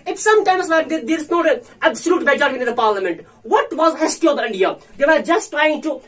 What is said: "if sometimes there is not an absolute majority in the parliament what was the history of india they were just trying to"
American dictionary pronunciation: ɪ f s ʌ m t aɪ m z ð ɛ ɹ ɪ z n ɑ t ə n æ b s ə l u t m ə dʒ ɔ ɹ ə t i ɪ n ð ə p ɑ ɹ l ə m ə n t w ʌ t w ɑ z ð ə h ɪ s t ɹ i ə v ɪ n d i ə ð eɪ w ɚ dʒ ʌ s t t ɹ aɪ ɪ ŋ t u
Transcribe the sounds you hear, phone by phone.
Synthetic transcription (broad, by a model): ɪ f s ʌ m t aɪ m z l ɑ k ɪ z n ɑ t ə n æ b s ə l u t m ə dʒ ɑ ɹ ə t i ɪ n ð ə p ɑ ɹ l ə m ə n t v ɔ t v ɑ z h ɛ s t i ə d ɪ n d i ə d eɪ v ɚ dʒ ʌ s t t ɹ aɪ ɪ ŋ t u